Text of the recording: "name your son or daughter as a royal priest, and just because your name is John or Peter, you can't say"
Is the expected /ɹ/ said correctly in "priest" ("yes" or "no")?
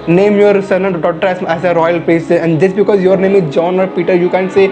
no